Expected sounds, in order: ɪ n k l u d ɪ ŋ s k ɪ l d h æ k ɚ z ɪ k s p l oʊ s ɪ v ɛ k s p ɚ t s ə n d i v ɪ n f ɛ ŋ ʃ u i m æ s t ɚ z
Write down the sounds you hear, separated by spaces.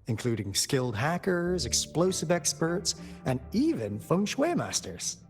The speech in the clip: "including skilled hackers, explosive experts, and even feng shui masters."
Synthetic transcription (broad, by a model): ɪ n k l u d ɪ ŋ s k ɪ l d h æ k ɚ z ɪ k s p l oʊ s ɪ v ɛ k s p ɚ t s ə n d i v ɪ n f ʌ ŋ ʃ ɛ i m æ s t ɚ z